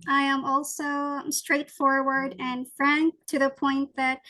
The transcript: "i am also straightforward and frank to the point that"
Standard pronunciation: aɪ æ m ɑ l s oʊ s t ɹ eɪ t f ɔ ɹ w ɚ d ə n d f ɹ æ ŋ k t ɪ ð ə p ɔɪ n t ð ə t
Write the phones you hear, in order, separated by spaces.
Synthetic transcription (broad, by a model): aɪ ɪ m ɑ l s oʊ s t ɹ eɪ t f ɔ ɹ w ɚ d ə n f ɹ æ ŋ k t ɪ ð ə p ɔɪ n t ð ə t